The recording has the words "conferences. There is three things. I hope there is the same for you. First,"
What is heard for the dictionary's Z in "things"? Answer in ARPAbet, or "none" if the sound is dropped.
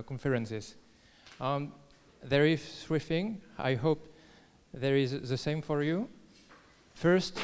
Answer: none